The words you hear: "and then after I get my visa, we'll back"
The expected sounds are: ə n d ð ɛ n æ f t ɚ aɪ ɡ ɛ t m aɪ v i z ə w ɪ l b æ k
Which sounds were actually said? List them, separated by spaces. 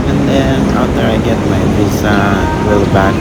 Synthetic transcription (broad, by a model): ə n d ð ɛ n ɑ t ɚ aɪ ɡ ɛ t m aɪ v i s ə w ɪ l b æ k